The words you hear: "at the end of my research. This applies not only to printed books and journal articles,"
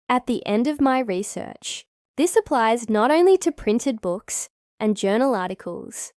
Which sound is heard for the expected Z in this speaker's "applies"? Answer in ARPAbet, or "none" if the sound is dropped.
Z